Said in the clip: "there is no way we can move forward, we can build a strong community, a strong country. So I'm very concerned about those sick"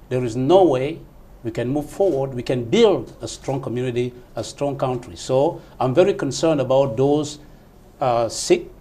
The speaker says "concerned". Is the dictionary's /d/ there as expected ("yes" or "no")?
yes